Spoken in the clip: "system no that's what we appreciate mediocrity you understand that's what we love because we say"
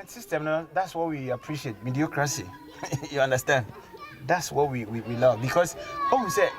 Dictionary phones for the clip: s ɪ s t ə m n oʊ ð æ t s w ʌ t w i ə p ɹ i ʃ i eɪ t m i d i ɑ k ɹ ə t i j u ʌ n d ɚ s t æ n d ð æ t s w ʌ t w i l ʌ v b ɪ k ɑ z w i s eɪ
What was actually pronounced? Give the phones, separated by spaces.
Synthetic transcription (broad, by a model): s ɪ s t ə m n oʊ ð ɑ t s w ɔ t w i ə p ɹ i ʃ i eɪ t m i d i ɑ k ɹ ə s i j u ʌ n d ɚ s t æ n d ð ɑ t s w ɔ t w i l ʌ v b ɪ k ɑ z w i s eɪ